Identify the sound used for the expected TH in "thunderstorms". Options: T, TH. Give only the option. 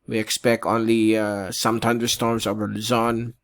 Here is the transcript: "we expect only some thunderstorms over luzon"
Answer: T